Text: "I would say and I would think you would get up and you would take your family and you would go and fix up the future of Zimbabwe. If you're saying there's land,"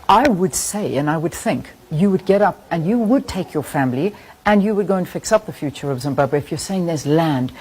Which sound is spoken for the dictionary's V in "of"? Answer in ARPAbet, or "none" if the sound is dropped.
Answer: V